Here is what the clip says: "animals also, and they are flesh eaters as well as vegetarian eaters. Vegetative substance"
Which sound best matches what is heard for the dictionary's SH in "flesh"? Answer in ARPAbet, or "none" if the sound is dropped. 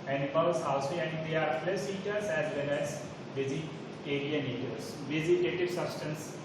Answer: S